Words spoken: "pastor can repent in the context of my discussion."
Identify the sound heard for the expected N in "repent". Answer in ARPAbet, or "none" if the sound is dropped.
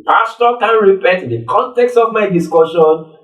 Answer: none